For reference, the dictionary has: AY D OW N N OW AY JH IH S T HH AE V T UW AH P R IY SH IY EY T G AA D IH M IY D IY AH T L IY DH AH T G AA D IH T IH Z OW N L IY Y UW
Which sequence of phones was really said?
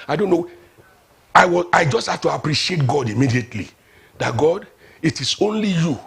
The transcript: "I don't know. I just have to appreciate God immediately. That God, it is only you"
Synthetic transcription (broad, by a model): AY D OW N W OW AY JH IH S T HH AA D T UW AH P R IY SH IY EY T G AA D IH M IY D IY AH T L IY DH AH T G AA D IH T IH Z OW N L IY Y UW